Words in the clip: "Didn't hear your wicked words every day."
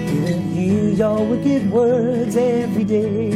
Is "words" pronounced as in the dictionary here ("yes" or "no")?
yes